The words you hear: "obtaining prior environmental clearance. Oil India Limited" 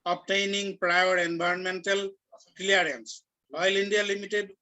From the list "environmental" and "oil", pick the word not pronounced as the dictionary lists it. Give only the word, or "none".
environmental